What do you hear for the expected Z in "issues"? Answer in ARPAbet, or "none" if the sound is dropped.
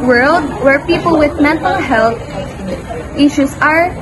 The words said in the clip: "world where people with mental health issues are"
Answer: S